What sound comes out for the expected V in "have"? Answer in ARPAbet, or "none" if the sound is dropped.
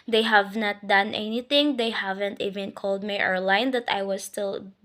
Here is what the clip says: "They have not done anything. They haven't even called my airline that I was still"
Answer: V